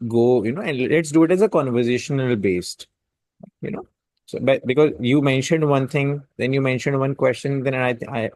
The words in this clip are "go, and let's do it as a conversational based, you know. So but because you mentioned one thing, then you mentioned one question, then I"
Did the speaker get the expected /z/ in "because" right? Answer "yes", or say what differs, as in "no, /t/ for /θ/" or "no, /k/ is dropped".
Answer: yes